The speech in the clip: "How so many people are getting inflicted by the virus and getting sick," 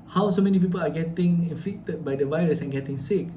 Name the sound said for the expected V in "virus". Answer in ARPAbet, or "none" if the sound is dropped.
V